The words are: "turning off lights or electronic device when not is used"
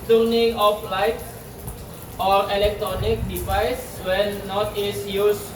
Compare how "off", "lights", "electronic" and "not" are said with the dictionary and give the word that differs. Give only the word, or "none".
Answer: lights